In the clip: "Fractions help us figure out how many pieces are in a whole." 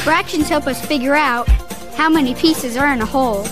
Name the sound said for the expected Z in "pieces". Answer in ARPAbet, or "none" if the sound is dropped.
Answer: Z